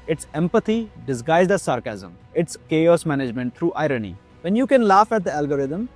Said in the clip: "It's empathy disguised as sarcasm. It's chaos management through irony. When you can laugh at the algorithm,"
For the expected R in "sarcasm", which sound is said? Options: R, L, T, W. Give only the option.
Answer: R